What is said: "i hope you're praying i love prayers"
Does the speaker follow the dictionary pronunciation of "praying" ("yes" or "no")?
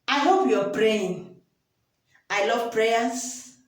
yes